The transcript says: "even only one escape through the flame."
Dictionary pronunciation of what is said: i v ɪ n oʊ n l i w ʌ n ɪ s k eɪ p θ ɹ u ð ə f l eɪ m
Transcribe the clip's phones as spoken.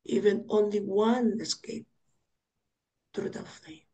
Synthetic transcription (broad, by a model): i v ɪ n oʊ n l i w ʌ n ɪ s k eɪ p t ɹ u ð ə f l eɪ